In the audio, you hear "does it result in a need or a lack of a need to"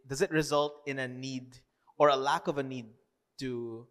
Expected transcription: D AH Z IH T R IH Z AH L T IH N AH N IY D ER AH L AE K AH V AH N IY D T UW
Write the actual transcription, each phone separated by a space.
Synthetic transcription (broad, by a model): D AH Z IH T R IH Z AH L T IH N AH N IY D ER AH L AE K AH V AH N IY D T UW